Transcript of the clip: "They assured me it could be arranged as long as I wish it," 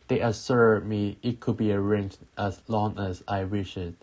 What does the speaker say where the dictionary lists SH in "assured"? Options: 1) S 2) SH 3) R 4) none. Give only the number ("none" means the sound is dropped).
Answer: 1